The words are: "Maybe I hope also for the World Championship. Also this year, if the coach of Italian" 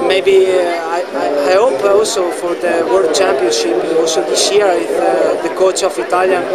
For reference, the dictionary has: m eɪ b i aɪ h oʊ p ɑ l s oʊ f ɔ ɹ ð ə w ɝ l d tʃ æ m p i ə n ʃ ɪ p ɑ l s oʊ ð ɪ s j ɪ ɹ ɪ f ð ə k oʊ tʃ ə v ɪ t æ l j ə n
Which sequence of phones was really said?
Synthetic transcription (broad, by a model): m eɪ b i aɪ h oʊ p ɑ l s oʊ f ɔ ɹ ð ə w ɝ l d tʃ æ m p i ə n ʃ ɪ p ɑ l s oʊ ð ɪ s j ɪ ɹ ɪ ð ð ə k oʊ tʃ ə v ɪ t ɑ l j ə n